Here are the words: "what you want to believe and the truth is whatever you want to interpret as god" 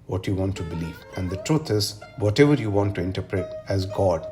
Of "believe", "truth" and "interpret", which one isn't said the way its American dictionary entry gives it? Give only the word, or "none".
truth